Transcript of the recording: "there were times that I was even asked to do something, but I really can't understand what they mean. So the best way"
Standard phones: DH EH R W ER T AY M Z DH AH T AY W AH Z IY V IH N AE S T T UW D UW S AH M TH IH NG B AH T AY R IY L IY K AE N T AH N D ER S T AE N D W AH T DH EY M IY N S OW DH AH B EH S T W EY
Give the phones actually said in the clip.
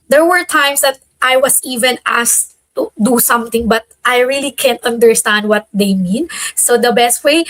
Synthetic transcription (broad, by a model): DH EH R W ER T AY M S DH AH T AY W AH S IY V IH N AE S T T UW D UW S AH M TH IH NG B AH T AY R IY L IY K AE N T AH N D ER S T AE N D W AH T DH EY M IY N S OW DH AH B EH S T W EY